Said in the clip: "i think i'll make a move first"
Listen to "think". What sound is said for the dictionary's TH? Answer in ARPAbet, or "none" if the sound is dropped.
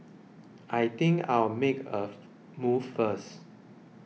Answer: T